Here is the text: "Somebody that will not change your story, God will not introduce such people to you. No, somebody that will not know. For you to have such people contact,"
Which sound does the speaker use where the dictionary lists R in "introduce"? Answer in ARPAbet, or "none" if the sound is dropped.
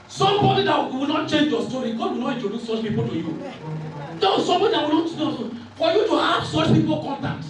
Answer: none